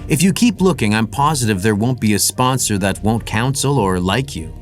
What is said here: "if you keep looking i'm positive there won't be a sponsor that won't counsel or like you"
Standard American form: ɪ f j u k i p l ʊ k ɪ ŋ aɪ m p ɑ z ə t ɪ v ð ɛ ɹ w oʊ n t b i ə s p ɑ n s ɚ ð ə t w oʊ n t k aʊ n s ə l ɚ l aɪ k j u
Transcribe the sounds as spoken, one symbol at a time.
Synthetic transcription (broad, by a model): ɪ f j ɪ k i p l ʊ k ɪ ŋ aɪ m p ɑ z ə t ɪ v ð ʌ ɹ w oʊ n t b i ə s p ɑ n s ɚ ð ə t w oʊ n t k aʊ n s l ɚ l aɪ k j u